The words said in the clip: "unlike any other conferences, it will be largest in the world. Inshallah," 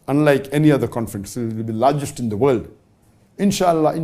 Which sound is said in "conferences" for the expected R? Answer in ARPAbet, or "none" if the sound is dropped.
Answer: none